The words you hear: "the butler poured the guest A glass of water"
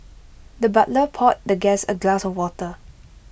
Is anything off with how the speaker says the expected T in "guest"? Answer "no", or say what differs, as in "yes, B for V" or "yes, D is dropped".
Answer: yes, T is dropped